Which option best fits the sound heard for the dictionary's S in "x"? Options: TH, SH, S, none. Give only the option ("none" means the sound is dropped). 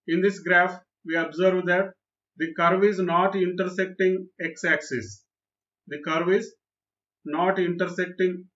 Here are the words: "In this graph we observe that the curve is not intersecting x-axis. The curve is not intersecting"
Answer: S